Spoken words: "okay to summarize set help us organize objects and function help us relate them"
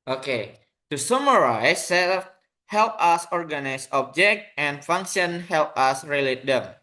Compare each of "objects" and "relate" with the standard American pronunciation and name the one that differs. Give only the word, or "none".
objects